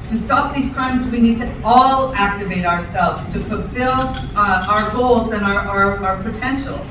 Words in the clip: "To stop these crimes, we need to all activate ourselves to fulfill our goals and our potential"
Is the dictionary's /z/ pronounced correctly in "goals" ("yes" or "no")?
yes